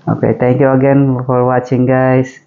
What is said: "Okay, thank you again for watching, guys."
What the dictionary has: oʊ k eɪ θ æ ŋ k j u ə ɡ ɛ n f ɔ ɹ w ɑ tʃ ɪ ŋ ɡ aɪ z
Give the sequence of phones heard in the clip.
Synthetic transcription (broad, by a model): oʊ k eɪ t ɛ ŋ k j u ə ɡ ɛ n f ɔ ɹ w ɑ tʃ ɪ ŋ ɡ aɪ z